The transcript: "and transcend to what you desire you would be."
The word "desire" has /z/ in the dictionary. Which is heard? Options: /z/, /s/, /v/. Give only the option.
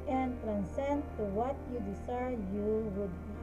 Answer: /s/